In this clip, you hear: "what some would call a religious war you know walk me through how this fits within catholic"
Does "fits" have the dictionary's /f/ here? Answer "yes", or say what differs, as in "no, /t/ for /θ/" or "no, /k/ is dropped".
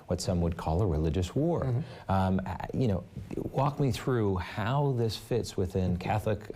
yes